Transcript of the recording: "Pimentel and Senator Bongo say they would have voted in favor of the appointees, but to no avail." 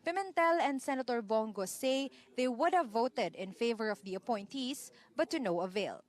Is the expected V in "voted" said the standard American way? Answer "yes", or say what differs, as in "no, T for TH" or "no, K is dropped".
yes